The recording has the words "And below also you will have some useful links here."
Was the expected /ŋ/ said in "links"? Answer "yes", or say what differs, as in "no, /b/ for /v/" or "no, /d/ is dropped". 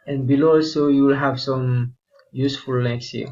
no, /ŋ/ is dropped